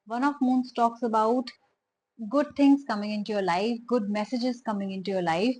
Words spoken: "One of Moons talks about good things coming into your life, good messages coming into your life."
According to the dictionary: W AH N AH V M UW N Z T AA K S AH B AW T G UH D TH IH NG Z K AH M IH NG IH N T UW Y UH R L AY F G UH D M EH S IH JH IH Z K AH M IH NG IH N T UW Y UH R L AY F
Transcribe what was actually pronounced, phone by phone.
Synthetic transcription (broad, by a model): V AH N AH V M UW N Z T AA K S AH B AW T G UH D T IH NG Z K AH M IH NG IH N T UW Y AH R L AY F G UH D M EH S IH JH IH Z K AH M IH NG IH N T UW Y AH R L AY F